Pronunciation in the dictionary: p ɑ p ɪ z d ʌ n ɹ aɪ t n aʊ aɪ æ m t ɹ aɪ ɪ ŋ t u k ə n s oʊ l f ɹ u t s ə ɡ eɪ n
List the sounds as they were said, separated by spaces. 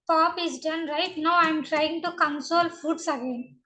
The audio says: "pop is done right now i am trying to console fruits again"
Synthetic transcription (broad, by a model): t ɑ p ɪ z d ʌ n ɹ aɪ t n aʊ aɪ m t ɹ aɪ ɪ ŋ t u k ə n s oʊ l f u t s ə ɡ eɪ n